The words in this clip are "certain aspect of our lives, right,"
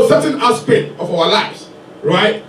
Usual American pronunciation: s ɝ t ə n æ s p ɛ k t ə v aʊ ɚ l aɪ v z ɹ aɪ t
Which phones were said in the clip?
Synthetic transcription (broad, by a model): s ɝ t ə n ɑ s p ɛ t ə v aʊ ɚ l aɪ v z ɹ aɪ t